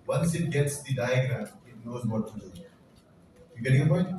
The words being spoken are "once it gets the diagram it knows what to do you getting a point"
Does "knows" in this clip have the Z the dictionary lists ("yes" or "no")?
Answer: yes